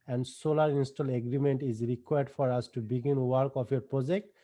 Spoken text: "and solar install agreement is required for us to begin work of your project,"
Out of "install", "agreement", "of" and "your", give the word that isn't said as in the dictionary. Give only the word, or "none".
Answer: of